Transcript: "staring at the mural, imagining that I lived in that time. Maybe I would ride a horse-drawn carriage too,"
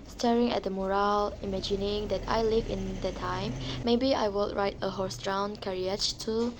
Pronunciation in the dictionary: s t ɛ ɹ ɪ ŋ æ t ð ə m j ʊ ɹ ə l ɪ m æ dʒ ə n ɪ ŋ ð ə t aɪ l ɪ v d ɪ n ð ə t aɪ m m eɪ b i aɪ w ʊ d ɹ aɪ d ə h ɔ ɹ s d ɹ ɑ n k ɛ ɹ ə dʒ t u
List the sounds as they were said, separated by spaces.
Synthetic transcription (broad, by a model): s t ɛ ɹ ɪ ŋ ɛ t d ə m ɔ ɹ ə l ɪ m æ dʒ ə n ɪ ŋ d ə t aɪ l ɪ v ɪ n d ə t aɪ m m eɪ b i aɪ w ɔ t ɹ aɪ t ə h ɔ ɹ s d ɹ ɑ n k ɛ ɹ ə tʃ t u